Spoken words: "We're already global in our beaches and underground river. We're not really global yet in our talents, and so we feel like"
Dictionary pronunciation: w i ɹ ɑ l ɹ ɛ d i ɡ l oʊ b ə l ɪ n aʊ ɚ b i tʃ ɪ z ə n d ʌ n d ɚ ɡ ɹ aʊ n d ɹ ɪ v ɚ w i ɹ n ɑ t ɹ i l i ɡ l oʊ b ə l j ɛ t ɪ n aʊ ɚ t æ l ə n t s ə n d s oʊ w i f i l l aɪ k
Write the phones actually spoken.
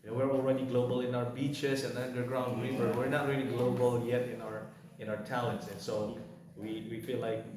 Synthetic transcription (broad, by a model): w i ɹ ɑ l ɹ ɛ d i ɡ l oʊ b ə l ɪ n aʊ ɚ b i tʃ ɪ s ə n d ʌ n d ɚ ɡ ɹ aʊ n d ɹ ɪ v ɚ w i ɹ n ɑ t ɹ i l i ɡ l oʊ b ə l j ɛ t ɪ n aʊ ɚ t æ l ə n t s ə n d s oʊ w i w i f l aɪ k